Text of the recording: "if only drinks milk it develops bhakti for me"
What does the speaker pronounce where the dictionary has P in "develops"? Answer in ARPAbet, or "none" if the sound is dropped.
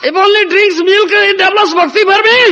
none